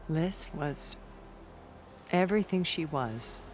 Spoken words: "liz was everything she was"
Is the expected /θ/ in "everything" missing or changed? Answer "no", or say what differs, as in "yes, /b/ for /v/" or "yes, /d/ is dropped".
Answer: no